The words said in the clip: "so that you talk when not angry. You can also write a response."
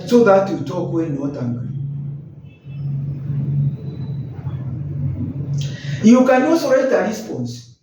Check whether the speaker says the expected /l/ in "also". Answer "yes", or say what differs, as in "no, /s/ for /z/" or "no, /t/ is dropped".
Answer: no, /l/ is dropped